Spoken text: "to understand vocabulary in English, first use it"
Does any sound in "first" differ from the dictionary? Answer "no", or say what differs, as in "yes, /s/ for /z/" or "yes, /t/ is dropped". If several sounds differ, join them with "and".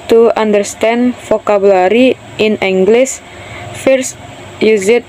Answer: no